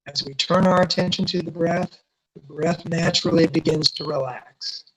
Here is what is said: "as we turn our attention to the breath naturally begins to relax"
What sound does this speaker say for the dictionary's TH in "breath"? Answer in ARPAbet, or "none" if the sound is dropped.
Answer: TH